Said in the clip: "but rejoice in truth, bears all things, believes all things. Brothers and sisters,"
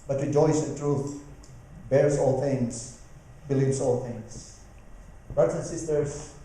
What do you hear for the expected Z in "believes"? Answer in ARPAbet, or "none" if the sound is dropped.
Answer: S